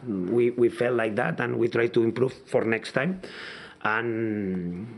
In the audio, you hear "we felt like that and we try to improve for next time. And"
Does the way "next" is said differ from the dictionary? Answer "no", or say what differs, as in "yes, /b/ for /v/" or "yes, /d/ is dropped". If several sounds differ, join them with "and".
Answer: no